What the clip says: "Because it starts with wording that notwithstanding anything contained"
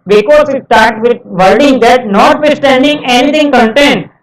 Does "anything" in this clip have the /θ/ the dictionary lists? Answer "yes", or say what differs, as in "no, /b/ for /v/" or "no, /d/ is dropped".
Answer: no, /t/ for /θ/